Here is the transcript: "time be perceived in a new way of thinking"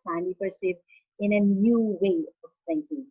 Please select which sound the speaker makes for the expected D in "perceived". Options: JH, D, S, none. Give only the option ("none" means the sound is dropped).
none